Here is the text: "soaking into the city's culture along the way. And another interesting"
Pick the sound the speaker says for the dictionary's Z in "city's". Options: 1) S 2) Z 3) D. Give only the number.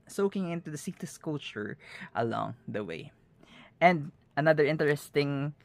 1